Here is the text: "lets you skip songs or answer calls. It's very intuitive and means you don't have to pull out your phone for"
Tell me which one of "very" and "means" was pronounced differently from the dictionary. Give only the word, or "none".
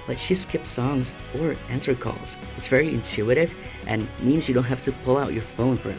none